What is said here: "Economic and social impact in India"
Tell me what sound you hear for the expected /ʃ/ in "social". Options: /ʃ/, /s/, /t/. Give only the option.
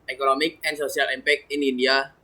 /s/